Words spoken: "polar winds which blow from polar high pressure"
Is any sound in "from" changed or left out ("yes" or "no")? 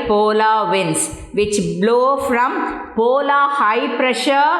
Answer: no